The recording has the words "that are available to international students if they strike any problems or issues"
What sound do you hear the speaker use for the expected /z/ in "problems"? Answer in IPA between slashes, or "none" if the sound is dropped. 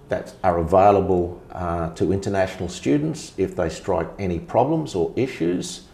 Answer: /z/